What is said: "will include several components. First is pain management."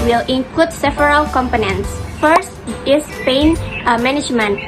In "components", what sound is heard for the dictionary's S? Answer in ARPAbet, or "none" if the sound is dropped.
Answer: S